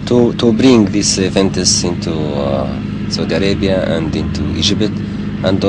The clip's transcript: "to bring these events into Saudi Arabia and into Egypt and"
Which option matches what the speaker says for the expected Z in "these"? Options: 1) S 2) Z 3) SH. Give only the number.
1